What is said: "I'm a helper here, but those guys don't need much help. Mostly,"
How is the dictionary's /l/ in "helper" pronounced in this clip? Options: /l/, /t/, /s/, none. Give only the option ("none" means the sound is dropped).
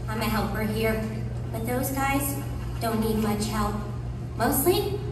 /l/